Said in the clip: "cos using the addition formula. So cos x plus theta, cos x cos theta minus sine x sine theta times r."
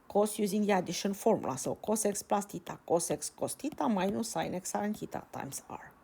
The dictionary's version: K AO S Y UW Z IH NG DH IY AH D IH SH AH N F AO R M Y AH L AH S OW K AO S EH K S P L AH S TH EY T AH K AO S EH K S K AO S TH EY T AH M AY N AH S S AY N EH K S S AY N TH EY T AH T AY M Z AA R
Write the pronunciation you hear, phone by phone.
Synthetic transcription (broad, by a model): K AO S Y UW Z IH NG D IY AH D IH SH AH N F AO R M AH L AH S OW K AO S EH K S P L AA S T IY T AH K AO S EH K S K AO S T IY T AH M AY N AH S S AY N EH K S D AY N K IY T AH T AY M S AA R